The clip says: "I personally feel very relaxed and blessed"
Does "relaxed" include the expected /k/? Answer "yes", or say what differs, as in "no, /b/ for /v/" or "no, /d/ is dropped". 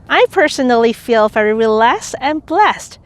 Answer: no, /k/ is dropped